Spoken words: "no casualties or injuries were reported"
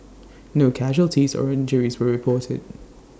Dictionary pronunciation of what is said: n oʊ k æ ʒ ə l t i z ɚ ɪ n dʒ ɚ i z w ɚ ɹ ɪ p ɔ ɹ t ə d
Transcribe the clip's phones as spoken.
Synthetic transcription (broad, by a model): n oʊ k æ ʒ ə l t i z ɚ ɪ n dʒ ɚ i z w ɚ ɹ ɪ p ɔ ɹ t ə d